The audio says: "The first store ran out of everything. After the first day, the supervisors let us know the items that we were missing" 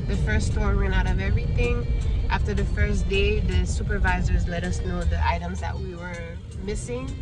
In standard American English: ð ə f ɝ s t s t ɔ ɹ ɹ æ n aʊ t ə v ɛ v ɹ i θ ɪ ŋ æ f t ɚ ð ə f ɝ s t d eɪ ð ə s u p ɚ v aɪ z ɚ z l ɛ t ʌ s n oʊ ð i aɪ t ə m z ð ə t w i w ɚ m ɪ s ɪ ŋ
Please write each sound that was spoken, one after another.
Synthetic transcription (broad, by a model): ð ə f ɝ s s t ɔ ɹ w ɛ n aʊ t ə v ɛ v ɹ i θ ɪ ŋ æ f t ɚ ð ə f ɝ s d eɪ ð ə s u p ɚ v aɪ z ɚ z l ɛ t ʌ s n oʊ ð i aɪ t ə m z ð ə t w i w ɚ m ɪ s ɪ ŋ